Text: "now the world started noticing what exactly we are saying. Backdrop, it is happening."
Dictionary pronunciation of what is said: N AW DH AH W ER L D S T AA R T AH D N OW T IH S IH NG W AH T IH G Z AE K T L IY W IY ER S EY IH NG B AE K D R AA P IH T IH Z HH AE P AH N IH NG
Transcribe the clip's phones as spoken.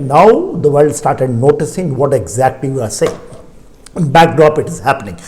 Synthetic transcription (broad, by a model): N AW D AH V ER L D S T AA R T AH D N OW T IH S IH NG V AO T IH G Z AE K T L IY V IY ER S EY IH NG B AE K D R AA P IH T IH Z HH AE P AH N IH NG